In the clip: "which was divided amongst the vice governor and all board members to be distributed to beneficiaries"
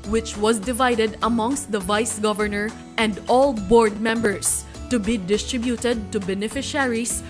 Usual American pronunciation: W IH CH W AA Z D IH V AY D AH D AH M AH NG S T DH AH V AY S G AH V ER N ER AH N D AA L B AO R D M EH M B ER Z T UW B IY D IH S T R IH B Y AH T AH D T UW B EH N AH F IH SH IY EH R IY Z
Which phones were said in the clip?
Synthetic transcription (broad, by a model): W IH CH W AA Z D IH V AY D AH D AH M AH NG S T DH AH V AY S G AH V ER N ER AH N D AA L B AO R D M EH M B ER S T UW B IY D IH S T R IH B Y AH T AH D T UW B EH N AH F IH SH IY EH R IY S